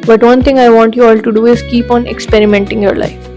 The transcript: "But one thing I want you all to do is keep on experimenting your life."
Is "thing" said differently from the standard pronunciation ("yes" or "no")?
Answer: yes